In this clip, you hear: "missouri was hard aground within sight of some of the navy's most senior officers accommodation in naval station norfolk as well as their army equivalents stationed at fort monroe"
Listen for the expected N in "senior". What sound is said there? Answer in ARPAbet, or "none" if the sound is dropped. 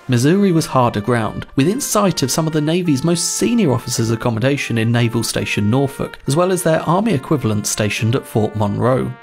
N